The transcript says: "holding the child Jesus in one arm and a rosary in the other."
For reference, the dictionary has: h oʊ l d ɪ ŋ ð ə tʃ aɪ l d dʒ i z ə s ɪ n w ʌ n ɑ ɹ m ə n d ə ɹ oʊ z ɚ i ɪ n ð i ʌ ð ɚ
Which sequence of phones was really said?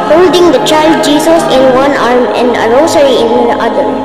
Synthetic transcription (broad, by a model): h oʊ l d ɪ ŋ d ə tʃ aɪ l d dʒ i s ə s ɪ n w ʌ n ɑ ɹ m ə n d ə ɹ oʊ s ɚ i ɪ n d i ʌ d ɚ